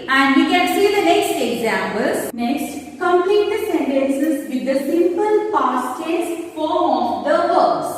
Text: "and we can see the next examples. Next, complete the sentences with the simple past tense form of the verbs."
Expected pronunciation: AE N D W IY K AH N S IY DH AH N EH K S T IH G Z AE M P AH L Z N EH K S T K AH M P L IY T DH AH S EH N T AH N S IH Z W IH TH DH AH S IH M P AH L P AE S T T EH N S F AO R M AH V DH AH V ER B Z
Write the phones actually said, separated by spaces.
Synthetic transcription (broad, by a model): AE N D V IY K AH N S IY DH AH N EH K S T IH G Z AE M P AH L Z N EH K S T K AH M P L IY T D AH S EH N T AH N S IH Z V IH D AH S IH M P AH L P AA S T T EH S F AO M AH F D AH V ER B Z